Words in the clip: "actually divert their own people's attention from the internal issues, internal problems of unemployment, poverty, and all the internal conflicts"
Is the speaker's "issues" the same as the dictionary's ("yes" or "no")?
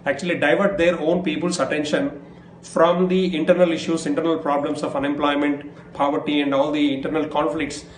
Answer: no